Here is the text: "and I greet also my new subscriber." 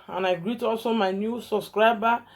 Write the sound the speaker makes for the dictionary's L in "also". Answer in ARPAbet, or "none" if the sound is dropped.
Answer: L